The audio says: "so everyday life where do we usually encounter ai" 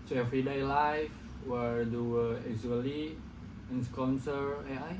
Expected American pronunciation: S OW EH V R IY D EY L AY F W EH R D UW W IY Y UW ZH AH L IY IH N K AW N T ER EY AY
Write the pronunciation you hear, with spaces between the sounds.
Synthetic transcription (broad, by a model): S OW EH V R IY D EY L AY F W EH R D UW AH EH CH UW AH L IY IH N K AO N S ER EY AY